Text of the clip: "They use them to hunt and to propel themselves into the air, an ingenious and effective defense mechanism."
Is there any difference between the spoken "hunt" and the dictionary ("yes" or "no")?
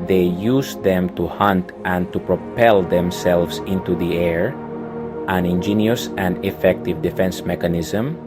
no